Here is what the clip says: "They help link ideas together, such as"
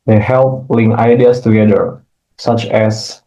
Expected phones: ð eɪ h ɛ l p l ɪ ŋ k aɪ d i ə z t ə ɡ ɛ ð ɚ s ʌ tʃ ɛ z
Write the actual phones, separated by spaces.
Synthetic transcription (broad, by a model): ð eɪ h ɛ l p l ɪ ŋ aɪ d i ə s t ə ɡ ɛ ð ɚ s ʌ tʃ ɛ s